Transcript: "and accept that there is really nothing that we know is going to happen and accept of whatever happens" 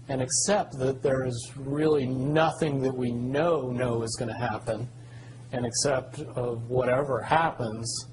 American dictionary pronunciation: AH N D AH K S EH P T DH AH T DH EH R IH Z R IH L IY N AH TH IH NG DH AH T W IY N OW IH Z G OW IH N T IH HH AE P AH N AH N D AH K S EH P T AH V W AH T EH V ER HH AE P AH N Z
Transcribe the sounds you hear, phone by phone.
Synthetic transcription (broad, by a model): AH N AH K S EH P T DH AH T DH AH R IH Z R IH L IY N AH TH IH NG DH AH T W IY N OW IH Z G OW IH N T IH HH AE P AH N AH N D AH K S EH P T AH V W AH T EH V ER HH AE P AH N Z